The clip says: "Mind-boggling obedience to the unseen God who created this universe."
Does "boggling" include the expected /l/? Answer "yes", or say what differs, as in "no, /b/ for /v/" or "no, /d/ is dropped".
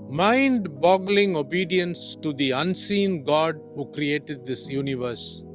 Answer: yes